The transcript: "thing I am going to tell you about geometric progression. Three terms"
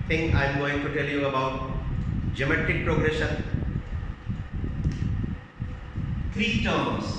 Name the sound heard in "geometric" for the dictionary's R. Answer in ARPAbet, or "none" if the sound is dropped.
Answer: none